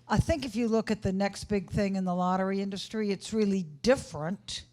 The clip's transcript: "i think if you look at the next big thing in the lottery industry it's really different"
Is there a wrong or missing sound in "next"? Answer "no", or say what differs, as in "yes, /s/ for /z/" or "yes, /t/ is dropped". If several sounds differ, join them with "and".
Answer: no